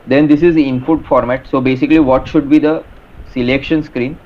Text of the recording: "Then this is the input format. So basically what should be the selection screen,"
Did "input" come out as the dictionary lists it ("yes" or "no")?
no